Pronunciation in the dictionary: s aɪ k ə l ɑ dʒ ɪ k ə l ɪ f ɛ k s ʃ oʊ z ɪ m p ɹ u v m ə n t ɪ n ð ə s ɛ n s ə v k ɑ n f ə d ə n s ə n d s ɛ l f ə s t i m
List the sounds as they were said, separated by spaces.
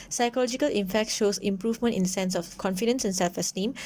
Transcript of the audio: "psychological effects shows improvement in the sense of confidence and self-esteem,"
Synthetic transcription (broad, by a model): s aɪ k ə l ɑ dʒ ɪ k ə l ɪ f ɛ k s ʃ oʊ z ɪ m p ɹ u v m ə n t ɪ n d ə s ɛ n s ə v k ɑ n f ə d ə n s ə n s ɛ l f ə s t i m